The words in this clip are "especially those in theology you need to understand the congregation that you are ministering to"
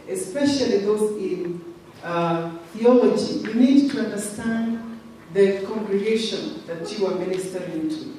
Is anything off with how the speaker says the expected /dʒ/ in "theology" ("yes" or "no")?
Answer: no